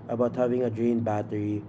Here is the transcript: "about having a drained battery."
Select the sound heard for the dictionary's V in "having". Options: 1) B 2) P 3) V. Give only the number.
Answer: 3